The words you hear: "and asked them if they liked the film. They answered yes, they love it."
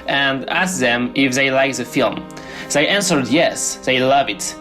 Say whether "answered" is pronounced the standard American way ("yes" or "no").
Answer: yes